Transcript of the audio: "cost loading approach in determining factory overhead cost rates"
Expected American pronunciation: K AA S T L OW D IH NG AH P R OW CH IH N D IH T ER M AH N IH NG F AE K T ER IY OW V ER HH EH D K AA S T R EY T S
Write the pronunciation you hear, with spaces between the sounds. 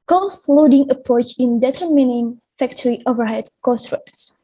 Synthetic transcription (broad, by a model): K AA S L OW D IH NG AH P R OW CH IH N D IH T ER M AH N IH NG F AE K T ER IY OW V ER HH EH D K AA S T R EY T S